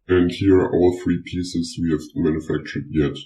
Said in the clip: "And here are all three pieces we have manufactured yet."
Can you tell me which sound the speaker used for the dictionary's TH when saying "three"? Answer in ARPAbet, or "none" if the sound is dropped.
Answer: TH